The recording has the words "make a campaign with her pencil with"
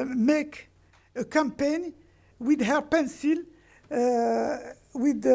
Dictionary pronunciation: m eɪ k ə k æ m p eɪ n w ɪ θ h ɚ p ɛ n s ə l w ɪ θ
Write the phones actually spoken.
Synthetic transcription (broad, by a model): m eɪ k ə k æ m p eɪ n w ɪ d h ɚ p ɛ n s ə l w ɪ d